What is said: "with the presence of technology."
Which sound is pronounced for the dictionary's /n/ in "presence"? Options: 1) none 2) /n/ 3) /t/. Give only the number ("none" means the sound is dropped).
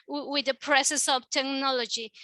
1